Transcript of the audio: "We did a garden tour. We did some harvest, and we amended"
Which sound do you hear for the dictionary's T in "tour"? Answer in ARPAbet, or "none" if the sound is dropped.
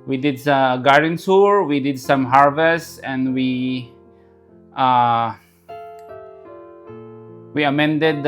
S